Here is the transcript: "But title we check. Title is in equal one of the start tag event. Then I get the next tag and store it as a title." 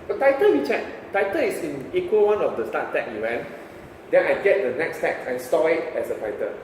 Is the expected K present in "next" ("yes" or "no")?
yes